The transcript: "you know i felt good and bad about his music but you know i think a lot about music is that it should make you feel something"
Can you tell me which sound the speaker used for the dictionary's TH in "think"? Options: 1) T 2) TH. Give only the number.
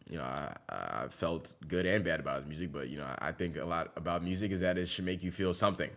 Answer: 2